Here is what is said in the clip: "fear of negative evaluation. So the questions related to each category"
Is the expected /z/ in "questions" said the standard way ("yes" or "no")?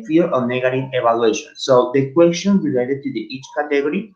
no